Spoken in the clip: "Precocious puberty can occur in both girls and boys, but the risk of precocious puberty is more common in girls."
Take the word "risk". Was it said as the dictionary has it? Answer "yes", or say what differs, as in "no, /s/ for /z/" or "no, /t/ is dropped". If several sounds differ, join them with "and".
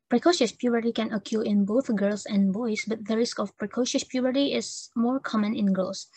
yes